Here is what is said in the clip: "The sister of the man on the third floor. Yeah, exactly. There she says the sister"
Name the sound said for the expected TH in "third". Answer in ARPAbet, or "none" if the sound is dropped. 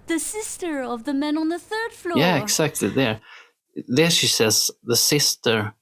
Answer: TH